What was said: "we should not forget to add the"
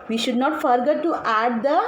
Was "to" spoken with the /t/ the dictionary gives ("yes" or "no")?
yes